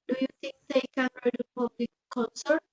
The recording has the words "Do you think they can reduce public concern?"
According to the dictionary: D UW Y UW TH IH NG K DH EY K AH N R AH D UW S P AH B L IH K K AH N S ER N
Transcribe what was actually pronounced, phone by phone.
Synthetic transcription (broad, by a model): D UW Y UW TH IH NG K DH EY K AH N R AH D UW P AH B L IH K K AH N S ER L